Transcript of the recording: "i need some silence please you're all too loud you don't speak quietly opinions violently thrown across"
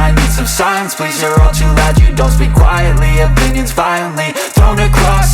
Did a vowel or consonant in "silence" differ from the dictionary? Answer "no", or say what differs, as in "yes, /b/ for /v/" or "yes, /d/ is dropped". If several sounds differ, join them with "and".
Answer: yes, /l/ is dropped